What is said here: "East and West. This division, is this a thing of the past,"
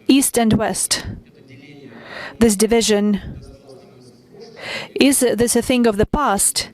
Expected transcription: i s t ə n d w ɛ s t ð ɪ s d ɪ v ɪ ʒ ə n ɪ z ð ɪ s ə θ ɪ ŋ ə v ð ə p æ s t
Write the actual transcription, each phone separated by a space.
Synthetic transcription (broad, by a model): i s t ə n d w ɛ s t ð ɪ s d ɪ v ɪ ʒ ə n ɪ z ð ɪ s ə θ ɪ ŋ ə v ð ə p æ s t